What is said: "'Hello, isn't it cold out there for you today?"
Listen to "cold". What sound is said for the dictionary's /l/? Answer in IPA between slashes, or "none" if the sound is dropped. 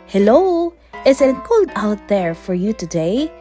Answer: none